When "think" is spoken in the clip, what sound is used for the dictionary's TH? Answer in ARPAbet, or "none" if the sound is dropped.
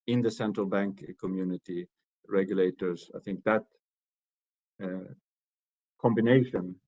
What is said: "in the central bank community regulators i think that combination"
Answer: TH